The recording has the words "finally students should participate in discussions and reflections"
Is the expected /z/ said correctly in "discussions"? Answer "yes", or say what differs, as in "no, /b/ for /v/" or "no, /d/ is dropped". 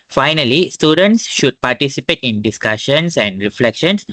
no, /s/ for /z/